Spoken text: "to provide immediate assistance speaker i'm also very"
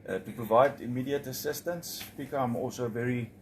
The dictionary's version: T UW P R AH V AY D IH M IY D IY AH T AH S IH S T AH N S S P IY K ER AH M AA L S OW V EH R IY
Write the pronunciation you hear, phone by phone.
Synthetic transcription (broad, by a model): T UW P R AH V AY D IH M IY D IY AH T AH S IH S T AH N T S B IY K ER AH M AA L S OW V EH R IY